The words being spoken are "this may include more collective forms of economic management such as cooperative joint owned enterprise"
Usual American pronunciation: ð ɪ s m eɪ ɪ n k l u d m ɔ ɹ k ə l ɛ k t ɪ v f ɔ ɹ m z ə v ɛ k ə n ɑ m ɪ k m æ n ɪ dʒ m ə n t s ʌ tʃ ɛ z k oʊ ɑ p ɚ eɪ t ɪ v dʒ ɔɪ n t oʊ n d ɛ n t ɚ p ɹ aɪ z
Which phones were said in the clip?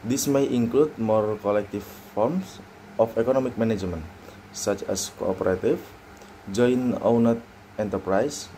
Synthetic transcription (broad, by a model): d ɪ s m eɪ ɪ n k l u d m ɔ ɹ k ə l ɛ k t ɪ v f ɔ ɹ m s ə f ɛ k ə n ɑ m ɪ k m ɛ n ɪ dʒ m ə n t s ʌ tʃ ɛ s k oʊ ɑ p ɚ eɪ t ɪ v dʒ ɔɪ n oʊ n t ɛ n t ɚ p ɹ aɪ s